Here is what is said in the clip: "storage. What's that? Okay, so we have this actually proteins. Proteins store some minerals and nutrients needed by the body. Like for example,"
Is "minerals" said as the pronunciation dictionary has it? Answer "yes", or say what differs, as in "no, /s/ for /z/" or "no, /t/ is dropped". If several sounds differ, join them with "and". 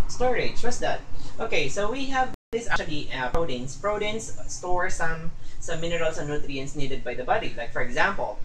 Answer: no, /s/ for /z/